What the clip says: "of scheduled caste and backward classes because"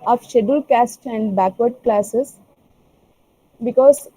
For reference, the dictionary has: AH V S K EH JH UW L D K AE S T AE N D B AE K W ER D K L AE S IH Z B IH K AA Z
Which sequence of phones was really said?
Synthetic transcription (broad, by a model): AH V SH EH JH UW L K AE S T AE N D B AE K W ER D K L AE S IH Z B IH K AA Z